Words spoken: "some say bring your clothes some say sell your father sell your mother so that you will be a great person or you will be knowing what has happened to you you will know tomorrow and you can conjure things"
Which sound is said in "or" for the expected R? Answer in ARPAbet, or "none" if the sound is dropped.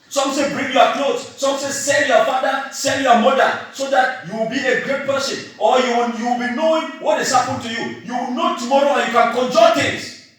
W